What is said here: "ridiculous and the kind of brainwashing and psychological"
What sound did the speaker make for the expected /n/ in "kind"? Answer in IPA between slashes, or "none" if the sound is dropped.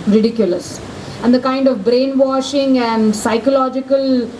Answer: /n/